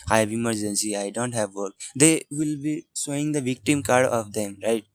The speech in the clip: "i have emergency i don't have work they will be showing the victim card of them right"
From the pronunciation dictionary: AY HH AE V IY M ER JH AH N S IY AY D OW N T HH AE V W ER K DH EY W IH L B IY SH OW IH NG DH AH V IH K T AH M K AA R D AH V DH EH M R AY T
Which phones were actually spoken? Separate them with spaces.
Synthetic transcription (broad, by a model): AY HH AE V IY M ER JH AH N S IY AY D OW N T HH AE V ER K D EY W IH L B IY S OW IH NG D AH V IH K T AH M K AA R D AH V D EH M R AY T